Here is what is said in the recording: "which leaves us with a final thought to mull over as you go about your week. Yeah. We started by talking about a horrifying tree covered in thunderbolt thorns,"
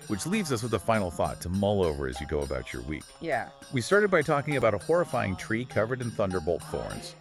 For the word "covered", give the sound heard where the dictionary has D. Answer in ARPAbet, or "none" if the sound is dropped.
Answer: D